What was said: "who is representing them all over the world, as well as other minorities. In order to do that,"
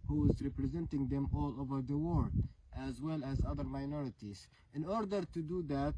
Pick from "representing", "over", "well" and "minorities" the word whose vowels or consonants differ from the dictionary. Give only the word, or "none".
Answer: none